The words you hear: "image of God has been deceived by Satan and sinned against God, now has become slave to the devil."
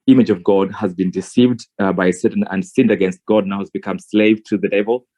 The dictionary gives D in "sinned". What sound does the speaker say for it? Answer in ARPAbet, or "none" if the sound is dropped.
D